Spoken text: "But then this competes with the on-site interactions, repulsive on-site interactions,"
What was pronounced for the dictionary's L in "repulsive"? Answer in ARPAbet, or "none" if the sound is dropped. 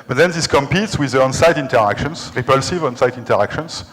L